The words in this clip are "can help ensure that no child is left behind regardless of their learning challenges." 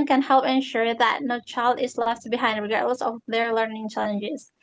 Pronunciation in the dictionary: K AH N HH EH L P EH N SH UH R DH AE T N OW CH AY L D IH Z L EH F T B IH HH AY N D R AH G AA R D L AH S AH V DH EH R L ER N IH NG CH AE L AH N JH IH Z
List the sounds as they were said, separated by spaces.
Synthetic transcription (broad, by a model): K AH N HH EH L P EH N SH UH R DH AE T N OW CH AY L D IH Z L EH F T B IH HH AY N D R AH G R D L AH S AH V DH EH R L ER N IH NG CH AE L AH N JH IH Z